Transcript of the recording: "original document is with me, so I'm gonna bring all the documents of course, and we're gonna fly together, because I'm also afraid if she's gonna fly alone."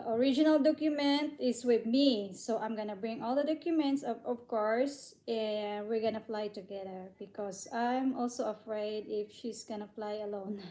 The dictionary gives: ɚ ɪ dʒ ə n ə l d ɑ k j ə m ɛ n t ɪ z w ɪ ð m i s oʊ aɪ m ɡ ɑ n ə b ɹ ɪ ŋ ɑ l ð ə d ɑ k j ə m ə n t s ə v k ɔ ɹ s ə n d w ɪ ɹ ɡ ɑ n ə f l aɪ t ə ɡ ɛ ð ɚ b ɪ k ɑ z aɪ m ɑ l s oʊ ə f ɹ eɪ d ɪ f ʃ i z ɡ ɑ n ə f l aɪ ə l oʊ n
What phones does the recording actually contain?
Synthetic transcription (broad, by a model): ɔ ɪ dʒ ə n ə l d ɑ k j ə m ɛ n t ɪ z w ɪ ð m i s oʊ aɪ m ɡ ɑ n ə b ɹ ɪ ŋ ɑ l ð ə d ɑ k j ə m ə n t s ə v k ɔ ɹ s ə n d w ɪ ɹ ɡ ɑ n ə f l aɪ t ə ɡ ɛ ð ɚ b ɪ k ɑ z aɪ m ɑ l s oʊ ə f ɹ eɪ d ɪ f ʃ i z ɡ ɑ n ə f l aɪ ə l oʊ n